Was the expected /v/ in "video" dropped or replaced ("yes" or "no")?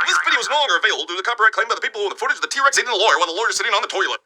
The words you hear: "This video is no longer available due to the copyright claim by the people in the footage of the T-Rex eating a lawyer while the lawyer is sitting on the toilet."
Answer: yes